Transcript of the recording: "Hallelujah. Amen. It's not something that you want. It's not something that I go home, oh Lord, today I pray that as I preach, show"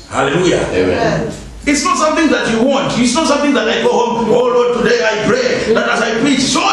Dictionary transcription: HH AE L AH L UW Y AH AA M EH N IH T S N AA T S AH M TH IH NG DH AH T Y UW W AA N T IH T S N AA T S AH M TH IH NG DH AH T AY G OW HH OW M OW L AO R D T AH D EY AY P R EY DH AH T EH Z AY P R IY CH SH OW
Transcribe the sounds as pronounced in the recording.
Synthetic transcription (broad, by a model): HH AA L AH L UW Y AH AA EH IH T S N AA T S AH M TH IH NG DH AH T Y UW W AA N T IH T S N AA T S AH M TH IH NG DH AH T AY G OW HH OW M OW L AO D T AH D EY AY P R EY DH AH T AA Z AY P R IY CH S OW